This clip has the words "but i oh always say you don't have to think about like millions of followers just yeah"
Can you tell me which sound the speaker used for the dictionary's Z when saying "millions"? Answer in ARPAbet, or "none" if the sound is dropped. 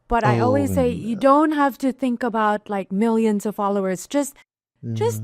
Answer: Z